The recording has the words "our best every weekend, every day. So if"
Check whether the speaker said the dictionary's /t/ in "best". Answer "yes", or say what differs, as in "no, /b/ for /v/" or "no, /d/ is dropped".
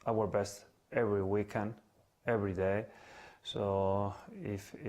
yes